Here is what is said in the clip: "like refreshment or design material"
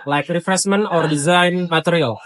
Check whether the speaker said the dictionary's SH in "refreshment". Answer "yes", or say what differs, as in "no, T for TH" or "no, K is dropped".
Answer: no, S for SH